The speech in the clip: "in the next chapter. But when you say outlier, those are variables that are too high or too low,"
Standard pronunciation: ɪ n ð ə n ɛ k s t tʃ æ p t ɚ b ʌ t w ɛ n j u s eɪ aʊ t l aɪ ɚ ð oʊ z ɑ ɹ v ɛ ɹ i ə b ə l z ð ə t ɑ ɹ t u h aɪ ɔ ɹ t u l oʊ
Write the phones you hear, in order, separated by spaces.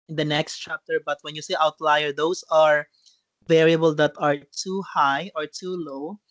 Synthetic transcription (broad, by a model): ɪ n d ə n ɛ k s t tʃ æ p t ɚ b ʌ t w ɛ n j u s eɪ aʊ t l aɪ ɚ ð oʊ s ɑ ɹ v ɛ ɹ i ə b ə l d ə t ɑ ɹ t u h aɪ ɔ ɹ t u l oʊ